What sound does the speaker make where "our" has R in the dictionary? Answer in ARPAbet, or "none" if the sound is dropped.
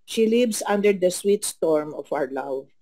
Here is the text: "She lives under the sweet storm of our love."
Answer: R